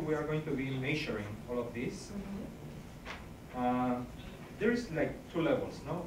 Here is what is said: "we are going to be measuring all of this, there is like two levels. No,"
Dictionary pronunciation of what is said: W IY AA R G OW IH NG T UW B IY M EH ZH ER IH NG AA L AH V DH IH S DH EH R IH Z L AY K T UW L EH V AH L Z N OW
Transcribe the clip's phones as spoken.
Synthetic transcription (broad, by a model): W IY AA R G OW IH NG T UW B IY M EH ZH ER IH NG AA L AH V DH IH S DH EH R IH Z L AY K T UW L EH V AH L S N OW